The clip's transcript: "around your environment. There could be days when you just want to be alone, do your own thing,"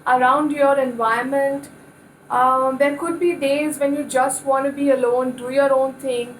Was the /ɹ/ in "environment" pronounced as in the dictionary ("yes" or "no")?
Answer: no